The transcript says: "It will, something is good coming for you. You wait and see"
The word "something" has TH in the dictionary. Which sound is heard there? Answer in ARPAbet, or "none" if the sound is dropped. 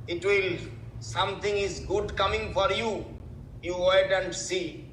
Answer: T